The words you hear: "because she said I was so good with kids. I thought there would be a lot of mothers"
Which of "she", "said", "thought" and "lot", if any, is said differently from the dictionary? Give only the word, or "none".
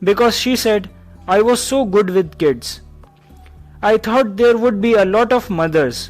thought